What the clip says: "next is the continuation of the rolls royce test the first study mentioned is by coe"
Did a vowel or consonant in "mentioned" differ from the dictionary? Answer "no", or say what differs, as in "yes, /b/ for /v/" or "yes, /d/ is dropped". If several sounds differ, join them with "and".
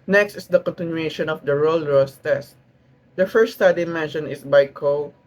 yes, /d/ is dropped